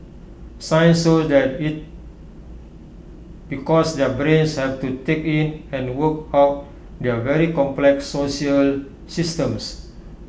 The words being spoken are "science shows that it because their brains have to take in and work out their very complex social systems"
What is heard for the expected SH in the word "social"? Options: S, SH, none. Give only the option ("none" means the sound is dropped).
none